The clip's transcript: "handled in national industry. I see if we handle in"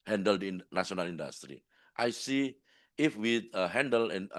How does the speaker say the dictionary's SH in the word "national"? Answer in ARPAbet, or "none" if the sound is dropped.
S